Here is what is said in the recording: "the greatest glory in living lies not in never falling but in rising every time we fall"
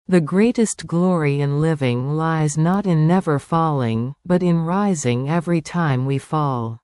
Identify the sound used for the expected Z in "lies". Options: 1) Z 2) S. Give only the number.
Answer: 1